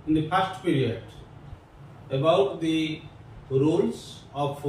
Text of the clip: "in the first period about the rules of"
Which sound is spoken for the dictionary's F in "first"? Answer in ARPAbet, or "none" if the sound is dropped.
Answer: P